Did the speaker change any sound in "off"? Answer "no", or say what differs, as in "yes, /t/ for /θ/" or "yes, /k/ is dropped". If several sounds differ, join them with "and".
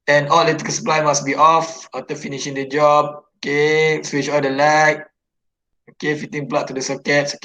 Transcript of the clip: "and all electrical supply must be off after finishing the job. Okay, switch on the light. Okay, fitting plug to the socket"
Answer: no